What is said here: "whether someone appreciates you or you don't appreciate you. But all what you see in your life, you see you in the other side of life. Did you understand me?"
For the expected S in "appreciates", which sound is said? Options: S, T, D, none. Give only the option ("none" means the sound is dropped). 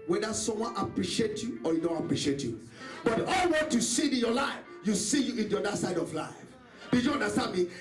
none